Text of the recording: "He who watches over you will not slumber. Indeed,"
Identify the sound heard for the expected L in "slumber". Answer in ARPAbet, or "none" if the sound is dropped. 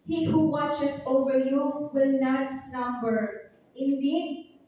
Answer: N